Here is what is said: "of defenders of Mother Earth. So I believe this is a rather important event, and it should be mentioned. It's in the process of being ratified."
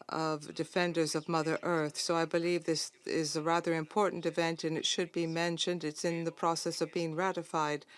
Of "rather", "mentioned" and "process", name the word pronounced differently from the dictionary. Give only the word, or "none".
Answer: none